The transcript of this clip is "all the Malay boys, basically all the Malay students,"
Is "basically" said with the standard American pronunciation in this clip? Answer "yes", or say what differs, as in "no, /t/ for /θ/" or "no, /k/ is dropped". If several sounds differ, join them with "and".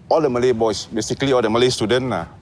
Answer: yes